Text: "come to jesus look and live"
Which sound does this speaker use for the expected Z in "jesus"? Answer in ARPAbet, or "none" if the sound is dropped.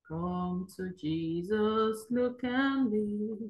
Z